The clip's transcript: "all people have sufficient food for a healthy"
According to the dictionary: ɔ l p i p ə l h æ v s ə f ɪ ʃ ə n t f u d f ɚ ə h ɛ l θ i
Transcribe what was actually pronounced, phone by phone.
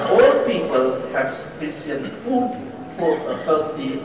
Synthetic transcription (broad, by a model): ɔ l p i p ə l h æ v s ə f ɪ s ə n f u d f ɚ ə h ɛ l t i